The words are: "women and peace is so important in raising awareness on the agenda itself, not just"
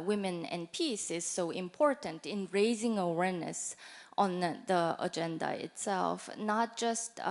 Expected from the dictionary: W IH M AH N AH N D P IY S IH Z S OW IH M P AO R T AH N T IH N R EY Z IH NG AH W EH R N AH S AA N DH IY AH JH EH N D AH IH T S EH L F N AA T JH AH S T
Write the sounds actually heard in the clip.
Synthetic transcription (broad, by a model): W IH M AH N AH N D P IY S IH Z S OW IH M P AO R T AH N T IH N R EY Z IH NG AH W EH R N AH S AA N DH IY AH JH EH N D AH IH T S EH L F N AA T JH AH S T